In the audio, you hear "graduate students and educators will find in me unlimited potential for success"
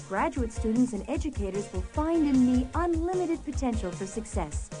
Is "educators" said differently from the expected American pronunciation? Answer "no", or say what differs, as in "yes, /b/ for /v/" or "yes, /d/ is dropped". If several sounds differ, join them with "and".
no